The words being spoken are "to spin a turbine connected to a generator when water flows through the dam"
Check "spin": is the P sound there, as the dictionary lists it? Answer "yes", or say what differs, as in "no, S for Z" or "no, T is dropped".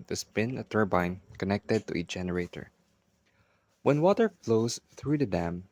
no, B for P